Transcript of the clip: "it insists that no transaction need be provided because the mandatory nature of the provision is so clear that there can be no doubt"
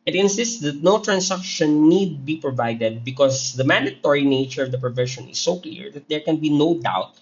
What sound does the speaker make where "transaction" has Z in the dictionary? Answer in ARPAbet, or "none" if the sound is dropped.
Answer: S